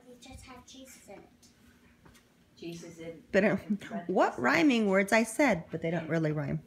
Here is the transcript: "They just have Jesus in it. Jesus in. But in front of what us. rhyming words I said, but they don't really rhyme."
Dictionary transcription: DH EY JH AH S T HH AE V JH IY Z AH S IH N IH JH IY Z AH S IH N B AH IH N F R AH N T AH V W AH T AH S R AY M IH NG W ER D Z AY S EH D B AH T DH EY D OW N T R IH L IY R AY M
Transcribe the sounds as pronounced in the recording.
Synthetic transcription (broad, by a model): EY JH AH S T HH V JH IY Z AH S IH N IH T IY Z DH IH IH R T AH W AH T R AY M IH NG W ER D Z AY S EH D B AH T DH EY D OW N T R IH L IY R AY M